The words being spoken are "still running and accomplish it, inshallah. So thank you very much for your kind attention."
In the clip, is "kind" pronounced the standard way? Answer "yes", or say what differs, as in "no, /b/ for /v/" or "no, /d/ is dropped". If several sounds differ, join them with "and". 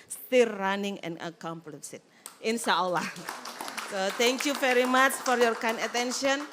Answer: no, /d/ is dropped